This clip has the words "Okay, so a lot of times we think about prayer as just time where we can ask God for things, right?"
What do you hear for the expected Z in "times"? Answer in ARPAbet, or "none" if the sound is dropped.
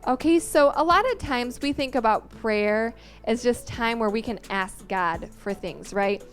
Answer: Z